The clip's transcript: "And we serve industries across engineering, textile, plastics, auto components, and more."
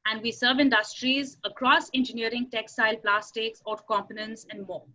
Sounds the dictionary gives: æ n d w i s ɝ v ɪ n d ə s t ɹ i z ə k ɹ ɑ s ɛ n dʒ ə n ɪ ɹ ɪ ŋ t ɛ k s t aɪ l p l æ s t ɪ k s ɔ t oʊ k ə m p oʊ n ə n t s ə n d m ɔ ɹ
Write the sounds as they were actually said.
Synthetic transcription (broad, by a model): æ n d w i s ɝ v ɪ n d ə s t ɹ i z ə k ɹ ɑ s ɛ n dʒ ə n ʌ ɹ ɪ ŋ t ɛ k s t aɪ l p l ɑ s t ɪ k s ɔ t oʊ k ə m p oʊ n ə n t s ə n d m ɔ